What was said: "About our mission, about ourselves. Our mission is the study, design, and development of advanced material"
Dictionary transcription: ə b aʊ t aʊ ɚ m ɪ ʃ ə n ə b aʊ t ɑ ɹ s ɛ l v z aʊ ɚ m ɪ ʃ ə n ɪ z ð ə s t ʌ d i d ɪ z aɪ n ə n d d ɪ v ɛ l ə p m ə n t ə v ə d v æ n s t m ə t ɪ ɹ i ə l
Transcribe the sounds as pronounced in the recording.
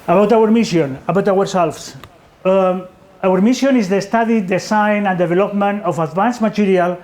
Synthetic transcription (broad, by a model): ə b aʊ t aʊ ɚ m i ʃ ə n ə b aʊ t ɑ ɹ s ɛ l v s aʊ ɚ m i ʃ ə n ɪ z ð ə s t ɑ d i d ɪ s aɪ n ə n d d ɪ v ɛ l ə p m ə n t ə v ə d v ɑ n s m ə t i ɹ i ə l